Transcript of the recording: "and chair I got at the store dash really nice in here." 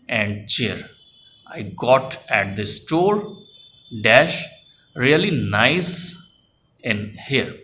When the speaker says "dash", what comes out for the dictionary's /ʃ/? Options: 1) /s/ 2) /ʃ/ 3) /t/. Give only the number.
2